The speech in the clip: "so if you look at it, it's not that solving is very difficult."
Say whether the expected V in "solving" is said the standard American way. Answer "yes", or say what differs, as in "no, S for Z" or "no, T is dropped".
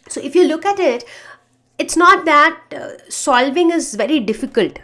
yes